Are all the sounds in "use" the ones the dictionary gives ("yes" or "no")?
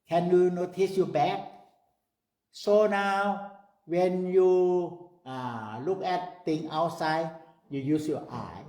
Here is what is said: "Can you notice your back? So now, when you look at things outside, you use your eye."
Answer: yes